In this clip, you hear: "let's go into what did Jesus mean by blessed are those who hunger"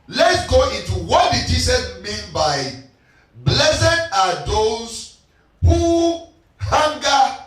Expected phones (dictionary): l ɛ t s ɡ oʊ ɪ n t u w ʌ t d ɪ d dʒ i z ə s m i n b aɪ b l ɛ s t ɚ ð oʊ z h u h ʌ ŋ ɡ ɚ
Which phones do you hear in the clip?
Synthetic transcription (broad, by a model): l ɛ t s ɡ oʊ ɪ n t u w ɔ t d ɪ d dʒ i s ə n m i n b aɪ b l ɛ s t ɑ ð oʊ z h u h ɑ ŋ ɡ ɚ